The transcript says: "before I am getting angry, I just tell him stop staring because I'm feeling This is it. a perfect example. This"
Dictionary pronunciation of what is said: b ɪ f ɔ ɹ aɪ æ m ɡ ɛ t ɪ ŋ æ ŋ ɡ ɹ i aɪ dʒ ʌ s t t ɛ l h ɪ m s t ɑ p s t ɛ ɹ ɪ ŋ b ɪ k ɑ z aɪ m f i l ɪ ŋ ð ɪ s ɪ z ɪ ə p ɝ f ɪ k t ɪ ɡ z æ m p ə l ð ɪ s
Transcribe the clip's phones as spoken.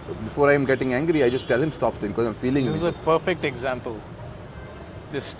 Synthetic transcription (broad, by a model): b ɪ f ɔ ɹ aɪ m ɡ ɛ t ɪ ŋ æ ŋ ɡ ɹ i aɪ dʒ ʌ s t t ɛ l h ɪ m s t ɑ p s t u ɪ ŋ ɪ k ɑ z aɪ m f i l ɪ ŋ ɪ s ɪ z ə p ɝ f ɪ k t ɪ ɡ z æ m p ə l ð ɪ s